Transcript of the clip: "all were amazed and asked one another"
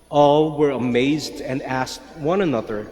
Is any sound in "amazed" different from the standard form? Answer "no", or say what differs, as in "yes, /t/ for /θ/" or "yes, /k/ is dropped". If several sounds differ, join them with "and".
no